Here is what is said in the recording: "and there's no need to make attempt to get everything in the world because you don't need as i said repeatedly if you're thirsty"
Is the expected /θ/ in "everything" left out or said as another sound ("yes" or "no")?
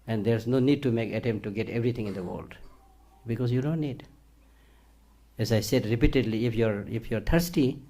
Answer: yes